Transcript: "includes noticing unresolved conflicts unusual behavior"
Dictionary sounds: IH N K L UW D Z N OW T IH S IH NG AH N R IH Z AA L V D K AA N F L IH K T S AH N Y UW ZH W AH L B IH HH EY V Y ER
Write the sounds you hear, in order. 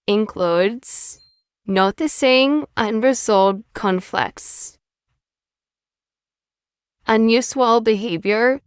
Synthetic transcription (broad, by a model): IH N K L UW D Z N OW T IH S IH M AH N R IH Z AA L D K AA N F L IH K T S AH N Y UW S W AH L B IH HH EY V Y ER